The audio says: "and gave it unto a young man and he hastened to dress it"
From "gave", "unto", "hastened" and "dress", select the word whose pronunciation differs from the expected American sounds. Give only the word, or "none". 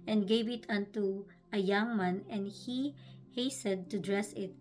hastened